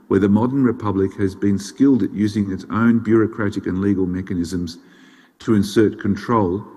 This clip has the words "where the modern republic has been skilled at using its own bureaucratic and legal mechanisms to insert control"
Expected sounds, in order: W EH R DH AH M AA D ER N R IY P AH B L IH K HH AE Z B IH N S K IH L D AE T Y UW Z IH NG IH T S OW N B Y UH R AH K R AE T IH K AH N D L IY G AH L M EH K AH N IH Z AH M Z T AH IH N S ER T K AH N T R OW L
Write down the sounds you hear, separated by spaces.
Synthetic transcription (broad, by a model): W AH R DH AH M AA D ER N R IY P AH B L IH K HH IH Z B IH N S K IH L D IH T Y UW Z IH NG IH T S OW N B Y UH R AH K R AE T IH K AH N L IY G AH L M EH K AH N IH Z AH M Z T AH IH N S ER T K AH N T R OW L